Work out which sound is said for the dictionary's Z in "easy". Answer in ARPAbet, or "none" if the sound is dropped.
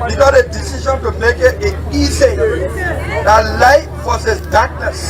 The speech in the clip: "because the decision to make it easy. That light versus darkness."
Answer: S